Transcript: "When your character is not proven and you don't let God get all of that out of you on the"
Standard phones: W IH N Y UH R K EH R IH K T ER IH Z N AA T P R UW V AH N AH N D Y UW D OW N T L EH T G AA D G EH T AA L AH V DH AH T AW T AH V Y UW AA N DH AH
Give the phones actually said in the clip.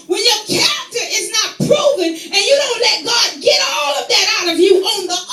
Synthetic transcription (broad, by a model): W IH N Y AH R K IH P T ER IH Z N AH T P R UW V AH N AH N Y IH D OW N T L EH T G AA D G EH T AA L AH V DH AH T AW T AH V Y UW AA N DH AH